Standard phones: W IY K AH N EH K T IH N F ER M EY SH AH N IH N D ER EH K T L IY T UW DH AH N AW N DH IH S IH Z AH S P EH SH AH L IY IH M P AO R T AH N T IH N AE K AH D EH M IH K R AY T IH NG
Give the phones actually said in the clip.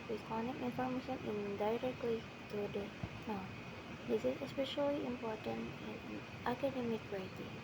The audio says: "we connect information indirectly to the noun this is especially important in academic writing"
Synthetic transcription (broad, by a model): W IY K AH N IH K IH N F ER M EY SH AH N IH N D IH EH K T L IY T UW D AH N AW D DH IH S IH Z AH S P EH SH AH L IY IH M P AO R T AH N T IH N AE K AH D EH M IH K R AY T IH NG